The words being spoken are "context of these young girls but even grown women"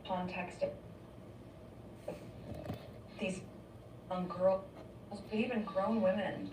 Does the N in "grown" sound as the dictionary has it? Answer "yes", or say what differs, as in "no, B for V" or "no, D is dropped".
yes